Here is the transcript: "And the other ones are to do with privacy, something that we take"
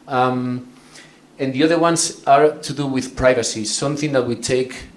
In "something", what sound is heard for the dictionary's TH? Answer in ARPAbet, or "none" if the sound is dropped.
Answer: TH